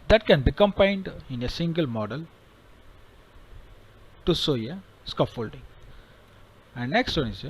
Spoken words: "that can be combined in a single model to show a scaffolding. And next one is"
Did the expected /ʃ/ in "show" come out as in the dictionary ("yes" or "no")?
no